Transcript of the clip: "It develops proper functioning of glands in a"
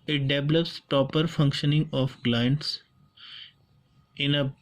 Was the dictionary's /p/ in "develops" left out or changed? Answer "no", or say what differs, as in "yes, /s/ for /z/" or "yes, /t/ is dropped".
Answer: no